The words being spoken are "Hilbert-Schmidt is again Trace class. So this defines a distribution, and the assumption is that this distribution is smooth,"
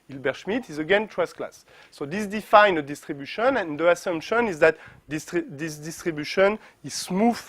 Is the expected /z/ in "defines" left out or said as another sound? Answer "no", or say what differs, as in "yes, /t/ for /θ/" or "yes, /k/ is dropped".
yes, /z/ is dropped